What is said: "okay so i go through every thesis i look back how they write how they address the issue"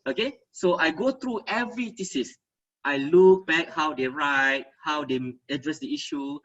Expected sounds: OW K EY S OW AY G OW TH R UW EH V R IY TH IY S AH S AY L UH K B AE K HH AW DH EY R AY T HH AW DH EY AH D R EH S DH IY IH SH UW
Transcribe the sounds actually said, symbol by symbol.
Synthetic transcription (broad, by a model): OW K EY S OW AY G OW T R UW EH V R IY T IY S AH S AY L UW K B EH K HH AW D EY R AY T HH AW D EY AH D R EH S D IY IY SH UW